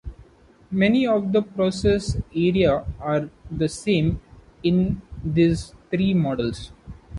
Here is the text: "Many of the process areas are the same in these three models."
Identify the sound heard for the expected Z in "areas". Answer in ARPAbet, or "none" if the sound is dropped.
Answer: none